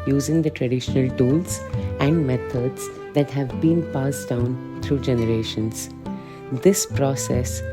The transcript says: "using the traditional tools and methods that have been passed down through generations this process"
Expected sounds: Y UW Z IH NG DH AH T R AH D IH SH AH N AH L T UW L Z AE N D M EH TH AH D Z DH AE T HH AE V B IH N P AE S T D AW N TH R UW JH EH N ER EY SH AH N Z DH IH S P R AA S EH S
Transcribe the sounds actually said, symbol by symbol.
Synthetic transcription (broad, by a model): Y UW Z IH NG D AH T R AH D IH SH AH N AH L T UW L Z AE N D M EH T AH D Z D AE T HH AE V B IH N P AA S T D AW N T R UW JH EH N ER EY SH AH N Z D IH S P R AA S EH S